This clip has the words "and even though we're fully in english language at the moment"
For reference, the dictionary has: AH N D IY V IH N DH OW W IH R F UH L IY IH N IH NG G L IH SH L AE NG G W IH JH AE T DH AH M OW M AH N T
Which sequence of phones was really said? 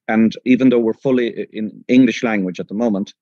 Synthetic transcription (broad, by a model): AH N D IY V IH N DH OW W IH R F UH L IY IH N IH NG G L IH SH L AE NG G W IH JH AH T DH AH M OW M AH N T